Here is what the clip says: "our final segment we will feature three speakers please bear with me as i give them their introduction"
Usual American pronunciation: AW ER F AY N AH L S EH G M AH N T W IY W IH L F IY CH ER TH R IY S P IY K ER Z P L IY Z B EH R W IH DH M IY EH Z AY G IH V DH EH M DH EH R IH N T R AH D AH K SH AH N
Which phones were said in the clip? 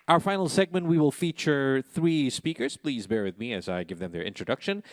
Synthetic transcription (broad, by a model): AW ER F AY N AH L S EH G M AH N T W IY W IH L F IY CH ER TH R IY S P IY K ER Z P L IY Z B EH R W IH DH M IY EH Z AY G IH V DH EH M DH EH R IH N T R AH D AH K SH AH N